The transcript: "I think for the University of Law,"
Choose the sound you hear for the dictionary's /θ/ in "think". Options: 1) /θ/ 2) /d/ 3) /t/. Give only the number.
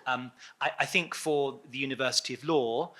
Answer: 1